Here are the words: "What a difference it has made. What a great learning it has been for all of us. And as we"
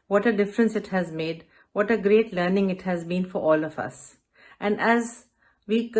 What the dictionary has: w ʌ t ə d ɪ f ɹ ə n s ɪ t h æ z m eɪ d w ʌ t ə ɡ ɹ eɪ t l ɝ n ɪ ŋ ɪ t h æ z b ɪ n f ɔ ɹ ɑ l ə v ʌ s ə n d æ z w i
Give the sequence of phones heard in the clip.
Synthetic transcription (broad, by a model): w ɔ t ə d ɪ f ɹ ə n s ɪ t h æ z m eɪ d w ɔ t ə ɡ ɹ eɪ t l ɝ n ɪ ŋ ɪ t h æ z b ɪ n f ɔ ɹ ɑ l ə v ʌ s ə n d æ z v i